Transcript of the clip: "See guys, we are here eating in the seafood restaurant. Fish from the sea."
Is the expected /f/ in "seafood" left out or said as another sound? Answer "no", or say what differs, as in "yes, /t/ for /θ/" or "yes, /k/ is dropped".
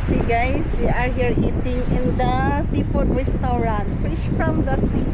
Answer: yes, /p/ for /f/